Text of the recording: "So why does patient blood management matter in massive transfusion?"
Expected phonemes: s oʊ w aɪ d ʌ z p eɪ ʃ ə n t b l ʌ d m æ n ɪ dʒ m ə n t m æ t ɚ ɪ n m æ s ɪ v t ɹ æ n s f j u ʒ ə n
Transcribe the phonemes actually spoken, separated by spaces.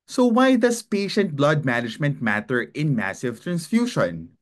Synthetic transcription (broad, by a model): s oʊ w aɪ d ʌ s p eɪ ʃ ə n t b l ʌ d m æ n ɪ dʒ m ə n t m æ t ɚ ɪ n m æ s ɪ v t ɹ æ n s f j u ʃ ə n